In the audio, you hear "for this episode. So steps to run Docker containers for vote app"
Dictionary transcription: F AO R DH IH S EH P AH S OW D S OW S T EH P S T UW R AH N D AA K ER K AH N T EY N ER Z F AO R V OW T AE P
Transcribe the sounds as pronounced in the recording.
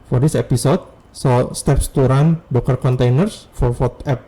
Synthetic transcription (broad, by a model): F AO R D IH S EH P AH S OW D S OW S T EH P S T UW R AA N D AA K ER K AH N T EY N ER S F AO R F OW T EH P